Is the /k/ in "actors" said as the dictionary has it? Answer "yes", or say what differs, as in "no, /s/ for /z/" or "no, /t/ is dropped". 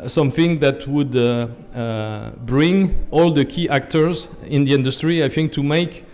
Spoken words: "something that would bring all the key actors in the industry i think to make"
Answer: yes